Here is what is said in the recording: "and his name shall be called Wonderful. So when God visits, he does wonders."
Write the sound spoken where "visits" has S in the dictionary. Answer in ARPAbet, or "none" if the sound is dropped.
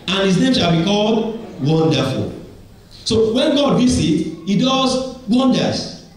none